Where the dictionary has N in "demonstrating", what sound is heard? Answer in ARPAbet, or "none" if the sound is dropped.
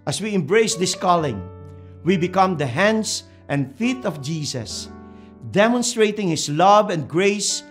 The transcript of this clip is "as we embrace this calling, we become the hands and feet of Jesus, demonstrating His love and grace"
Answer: N